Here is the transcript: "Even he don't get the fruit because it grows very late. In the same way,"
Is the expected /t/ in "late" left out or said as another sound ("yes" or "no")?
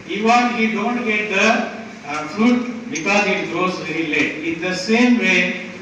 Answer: yes